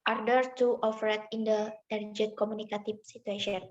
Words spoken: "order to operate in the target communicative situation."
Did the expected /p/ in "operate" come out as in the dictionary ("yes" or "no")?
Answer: no